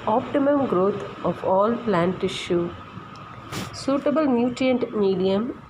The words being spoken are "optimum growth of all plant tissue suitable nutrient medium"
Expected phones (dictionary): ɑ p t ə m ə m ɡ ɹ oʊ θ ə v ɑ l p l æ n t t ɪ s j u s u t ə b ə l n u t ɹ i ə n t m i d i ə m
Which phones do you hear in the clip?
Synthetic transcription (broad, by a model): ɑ p t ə m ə m ɡ ɹ oʊ t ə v ɑ l p l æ n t t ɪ ʃ j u s u t ə b ə l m u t i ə n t m i d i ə m